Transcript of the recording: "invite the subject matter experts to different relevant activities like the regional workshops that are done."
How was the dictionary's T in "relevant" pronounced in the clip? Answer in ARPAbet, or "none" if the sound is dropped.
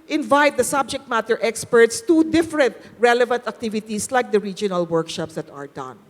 T